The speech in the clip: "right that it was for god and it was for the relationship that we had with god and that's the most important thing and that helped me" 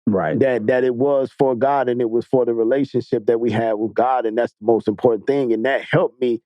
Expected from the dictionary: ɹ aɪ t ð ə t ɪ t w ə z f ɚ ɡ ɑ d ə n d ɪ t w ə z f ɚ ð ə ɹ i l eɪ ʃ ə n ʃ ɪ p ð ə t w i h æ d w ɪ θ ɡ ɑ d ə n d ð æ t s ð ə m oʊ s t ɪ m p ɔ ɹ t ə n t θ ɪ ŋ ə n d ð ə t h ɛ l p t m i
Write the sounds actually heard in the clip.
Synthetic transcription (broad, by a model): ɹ aɪ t ð ə t ɪ t w ə z f ɚ ɡ ɑ d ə n ɪ t w ə z f ɚ ð ə ɹ i l eɪ ʃ ə n ʃ ɪ p ð ə t w i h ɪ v ɡ ɑ d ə n ð æ t s ð ə m oʊ s t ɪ m p ɔ ɹ t n θ ɪ ŋ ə n ð ə t h ɛ l p m i